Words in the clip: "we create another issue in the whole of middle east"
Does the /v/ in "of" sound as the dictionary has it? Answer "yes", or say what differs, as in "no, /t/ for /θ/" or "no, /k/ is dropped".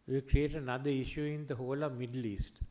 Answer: yes